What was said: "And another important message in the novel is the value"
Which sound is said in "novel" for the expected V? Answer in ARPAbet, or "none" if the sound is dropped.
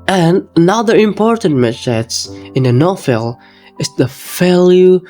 F